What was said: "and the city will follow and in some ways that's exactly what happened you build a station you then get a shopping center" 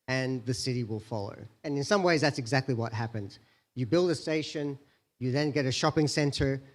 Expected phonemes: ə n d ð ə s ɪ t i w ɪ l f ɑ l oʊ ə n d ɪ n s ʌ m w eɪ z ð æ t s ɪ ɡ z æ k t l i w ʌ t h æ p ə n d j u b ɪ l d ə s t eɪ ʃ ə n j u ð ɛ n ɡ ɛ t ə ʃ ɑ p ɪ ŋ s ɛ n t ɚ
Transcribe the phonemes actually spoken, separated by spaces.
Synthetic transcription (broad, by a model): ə n ð ə s ɪ t i w ɪ l f ɑ l oʊ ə n ɪ n s ʌ m w eɪ z ð æ t s ɪ ɡ z æ k t l i w ʌ t h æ p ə n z j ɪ b ɪ l d ə s t eɪ ʃ ə n j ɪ ð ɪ n ɡ ɛ t ə ʃ ɑ p ɪ ŋ s ɛ n t ɚ